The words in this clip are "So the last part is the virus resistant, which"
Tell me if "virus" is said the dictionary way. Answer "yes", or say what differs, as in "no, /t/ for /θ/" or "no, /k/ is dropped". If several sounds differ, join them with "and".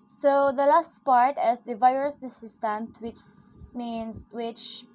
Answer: yes